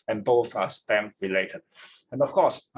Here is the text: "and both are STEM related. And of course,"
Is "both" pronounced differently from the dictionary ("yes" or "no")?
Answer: no